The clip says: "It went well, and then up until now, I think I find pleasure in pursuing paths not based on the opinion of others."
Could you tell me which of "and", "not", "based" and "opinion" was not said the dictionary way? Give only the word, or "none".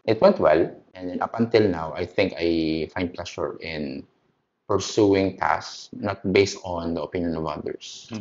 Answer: none